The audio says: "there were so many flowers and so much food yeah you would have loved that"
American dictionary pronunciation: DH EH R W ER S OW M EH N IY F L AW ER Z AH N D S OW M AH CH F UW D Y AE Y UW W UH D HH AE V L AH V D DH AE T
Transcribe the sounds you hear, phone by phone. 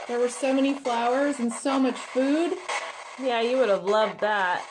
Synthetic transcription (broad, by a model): DH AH R W ER S OW M EH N IY F L AW ER Z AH N S OW M AH CH F UW D Y AE Y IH W UH D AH V L AH V D DH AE T